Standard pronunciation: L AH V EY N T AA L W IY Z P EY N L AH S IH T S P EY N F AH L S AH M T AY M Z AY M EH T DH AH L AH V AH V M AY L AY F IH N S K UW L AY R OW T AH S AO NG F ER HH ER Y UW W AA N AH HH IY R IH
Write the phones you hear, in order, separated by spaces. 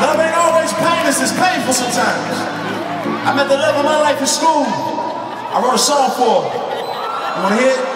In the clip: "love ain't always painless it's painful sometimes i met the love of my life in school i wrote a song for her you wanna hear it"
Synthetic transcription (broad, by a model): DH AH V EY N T AA L W IY Z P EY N AH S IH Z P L EY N F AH L S AH M T AY M Z AY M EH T DH AH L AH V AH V M AY L AY F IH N S K UW L AY W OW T AH S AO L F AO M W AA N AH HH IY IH